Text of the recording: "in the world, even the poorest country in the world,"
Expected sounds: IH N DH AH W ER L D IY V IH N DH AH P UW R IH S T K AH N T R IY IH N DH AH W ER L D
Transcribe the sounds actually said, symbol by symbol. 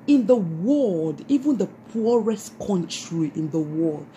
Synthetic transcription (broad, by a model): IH N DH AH W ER L D IY V IH N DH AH P UW R IH S T K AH N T R IY IH N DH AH W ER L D